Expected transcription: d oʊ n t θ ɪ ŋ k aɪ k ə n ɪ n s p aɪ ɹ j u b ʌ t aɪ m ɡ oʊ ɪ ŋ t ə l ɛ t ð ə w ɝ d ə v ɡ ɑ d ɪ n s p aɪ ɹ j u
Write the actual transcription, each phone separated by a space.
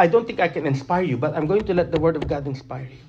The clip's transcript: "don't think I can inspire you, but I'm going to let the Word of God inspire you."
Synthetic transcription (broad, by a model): d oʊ n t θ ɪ ŋ k aɪ k ə n ɪ n s p aɪ ɹ j u b ʌ t aɪ m ɡ oʊ ɪ ŋ t ə l ɛ t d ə w ɝ d ə v ɡ ɑ d ɪ n s p aɪ ɹ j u